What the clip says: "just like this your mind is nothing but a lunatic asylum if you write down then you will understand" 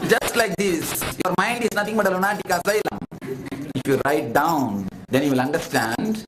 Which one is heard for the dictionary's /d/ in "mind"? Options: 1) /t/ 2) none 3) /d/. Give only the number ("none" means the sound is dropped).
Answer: 3